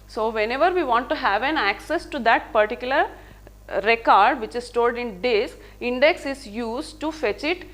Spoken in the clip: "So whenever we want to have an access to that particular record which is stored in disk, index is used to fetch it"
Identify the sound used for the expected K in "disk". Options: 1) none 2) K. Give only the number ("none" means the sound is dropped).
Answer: 1